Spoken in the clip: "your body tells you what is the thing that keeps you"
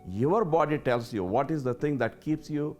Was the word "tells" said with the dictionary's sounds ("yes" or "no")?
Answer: no